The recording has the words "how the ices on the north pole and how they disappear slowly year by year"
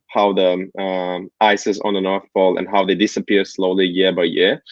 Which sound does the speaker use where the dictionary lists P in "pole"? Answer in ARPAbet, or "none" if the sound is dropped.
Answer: F